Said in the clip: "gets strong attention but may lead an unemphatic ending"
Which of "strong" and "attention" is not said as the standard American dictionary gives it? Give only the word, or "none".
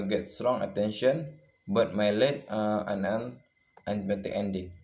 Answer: none